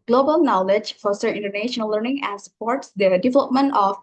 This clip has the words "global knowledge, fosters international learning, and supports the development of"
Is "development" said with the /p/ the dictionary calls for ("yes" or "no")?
yes